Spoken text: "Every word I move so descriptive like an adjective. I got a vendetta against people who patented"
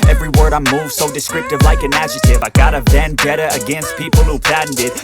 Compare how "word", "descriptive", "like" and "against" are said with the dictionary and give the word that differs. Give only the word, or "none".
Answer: none